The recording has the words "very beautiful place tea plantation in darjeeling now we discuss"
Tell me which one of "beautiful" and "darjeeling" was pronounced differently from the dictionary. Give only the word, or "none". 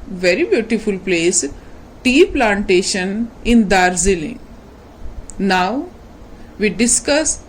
darjeeling